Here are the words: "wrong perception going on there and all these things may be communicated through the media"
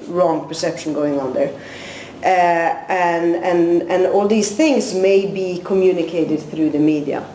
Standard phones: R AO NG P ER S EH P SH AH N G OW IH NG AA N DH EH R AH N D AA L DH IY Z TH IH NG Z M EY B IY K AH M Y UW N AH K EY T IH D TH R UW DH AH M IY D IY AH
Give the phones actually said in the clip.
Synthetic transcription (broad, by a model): R AO NG P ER S EH P SH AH N G OW IH NG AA N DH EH R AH N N AA L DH IY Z TH IH NG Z M EY B IY K AH M Y UW N AH K EY T IH D TH R UW DH AH M IY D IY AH